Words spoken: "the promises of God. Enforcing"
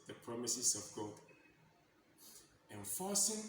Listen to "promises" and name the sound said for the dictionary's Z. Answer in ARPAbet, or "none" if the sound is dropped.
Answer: S